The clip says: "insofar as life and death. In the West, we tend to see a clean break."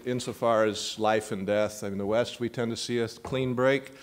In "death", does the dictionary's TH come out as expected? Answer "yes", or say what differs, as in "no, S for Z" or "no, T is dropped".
yes